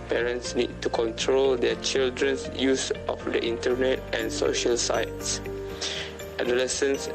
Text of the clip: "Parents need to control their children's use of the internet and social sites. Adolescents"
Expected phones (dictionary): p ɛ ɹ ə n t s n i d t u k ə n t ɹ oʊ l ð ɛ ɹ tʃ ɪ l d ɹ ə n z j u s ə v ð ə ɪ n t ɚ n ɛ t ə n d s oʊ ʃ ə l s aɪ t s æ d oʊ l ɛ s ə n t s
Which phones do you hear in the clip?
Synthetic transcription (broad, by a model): p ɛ ɹ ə n t s n i d t u k ə n t ɹ oʊ l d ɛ tʃ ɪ l d ɹ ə n s j u s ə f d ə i n t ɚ n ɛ t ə n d s oʊ ʃ ə l s aɪ t s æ d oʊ l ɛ s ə n s